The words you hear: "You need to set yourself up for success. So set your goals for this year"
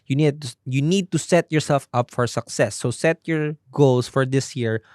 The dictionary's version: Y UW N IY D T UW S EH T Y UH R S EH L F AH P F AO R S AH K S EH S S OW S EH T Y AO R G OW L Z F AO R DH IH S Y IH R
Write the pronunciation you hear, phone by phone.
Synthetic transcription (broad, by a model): Y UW N IY D T UW S EH T Y UH R S EH L F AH P F AO R S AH K S EH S S OW S EH T Y AO R G OW L S F AO R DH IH S Y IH R